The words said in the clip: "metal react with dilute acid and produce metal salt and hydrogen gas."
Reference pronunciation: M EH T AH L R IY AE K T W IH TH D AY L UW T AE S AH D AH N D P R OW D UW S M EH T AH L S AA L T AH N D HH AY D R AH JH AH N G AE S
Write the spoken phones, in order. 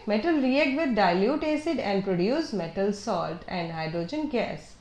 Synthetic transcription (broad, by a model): M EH T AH L R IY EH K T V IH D D AY L UW T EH S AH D AH N D P R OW D UW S M EH T AH L S AA L T AH N D HH AY D R AH JH AH N G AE S